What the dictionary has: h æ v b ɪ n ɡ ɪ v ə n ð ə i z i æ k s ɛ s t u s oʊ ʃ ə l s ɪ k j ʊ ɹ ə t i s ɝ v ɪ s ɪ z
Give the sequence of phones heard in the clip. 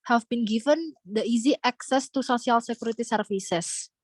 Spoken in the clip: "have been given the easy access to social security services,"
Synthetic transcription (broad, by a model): h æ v b ɪ n ɡ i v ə n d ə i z i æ k s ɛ s t u s oʊ s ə l s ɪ k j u ɹ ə t i s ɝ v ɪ s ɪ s